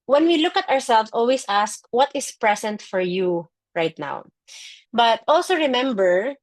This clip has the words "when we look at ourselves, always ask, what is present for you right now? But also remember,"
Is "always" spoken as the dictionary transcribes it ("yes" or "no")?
no